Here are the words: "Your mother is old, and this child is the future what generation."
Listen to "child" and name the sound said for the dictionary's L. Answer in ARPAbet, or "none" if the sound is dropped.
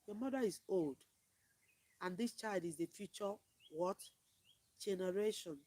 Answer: L